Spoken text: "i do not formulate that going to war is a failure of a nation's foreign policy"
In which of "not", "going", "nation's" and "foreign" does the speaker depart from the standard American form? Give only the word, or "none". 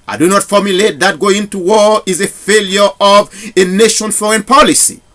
nation's